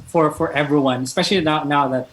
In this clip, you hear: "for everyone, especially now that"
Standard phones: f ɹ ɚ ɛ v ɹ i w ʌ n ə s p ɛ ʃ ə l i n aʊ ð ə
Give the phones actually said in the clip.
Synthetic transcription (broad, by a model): f ɹ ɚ ɛ v ɹ i w ʌ n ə s p ɛ ʃ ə n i n aʊ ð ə